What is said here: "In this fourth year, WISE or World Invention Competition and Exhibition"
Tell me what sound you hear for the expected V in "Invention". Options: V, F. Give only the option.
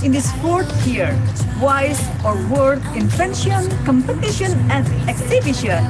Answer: F